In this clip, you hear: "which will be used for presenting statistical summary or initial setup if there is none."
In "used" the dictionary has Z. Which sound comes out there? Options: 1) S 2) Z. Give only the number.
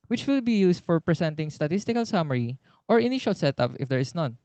1